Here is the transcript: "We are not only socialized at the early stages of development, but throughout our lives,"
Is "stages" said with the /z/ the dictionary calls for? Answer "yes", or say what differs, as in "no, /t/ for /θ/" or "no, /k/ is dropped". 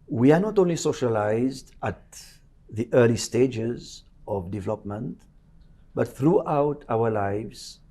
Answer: yes